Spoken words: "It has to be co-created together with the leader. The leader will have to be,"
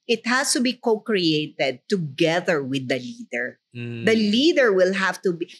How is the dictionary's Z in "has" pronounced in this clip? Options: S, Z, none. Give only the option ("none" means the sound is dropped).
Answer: S